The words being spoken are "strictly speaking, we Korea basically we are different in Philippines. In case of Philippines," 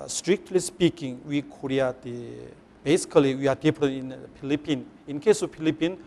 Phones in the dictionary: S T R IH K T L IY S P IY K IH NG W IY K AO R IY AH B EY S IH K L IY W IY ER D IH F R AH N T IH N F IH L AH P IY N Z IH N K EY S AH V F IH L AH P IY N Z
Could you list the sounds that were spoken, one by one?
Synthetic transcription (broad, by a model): S T R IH K T L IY S P IY K IH NG W IY K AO R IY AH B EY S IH K L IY W IY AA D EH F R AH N IH N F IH L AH P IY N IH N K EY S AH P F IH L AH P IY N